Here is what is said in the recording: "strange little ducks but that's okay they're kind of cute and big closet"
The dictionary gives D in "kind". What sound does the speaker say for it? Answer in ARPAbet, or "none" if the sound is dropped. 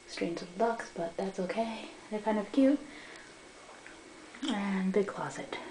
D